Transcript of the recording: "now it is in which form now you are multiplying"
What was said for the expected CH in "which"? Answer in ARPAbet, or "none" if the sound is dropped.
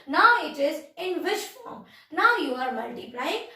SH